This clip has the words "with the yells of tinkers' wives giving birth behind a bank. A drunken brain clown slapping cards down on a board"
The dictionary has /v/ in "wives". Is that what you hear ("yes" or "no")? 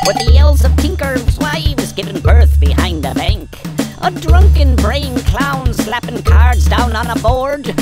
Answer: no